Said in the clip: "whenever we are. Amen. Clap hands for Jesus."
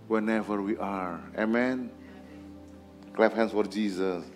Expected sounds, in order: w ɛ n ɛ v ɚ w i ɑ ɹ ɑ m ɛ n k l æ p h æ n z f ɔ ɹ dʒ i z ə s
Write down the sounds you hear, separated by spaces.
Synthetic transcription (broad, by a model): w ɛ n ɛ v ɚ w i ɑ ɹ ɑ m ɛ n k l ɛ f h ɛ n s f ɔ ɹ dʒ i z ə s